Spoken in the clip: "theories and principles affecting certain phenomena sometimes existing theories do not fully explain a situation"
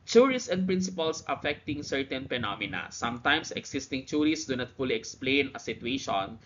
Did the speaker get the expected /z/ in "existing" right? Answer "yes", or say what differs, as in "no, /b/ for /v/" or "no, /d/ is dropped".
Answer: no, /s/ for /z/